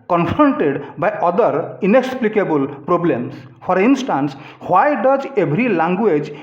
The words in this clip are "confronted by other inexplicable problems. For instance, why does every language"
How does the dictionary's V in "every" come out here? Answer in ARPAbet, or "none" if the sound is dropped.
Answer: B